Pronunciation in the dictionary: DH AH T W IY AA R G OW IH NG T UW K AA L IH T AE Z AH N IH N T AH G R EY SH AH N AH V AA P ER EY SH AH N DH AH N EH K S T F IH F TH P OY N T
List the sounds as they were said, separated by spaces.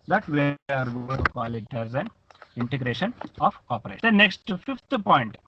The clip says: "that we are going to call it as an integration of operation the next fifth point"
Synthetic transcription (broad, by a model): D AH T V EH AA R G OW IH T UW K AA L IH T AE Z AH N IH N T AH G R EY SH AH N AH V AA P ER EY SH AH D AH N EH K S T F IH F T P OY N T